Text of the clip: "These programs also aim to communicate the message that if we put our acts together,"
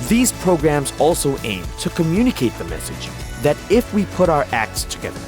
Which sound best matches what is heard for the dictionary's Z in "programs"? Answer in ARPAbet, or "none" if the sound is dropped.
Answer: Z